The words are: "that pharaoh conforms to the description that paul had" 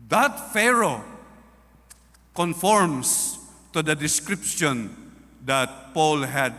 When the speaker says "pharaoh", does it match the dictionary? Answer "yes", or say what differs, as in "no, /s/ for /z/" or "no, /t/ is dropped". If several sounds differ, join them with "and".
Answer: yes